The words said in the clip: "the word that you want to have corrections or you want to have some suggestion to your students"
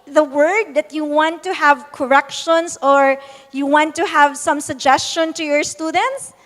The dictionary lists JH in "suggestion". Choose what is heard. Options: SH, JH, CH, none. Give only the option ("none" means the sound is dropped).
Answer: JH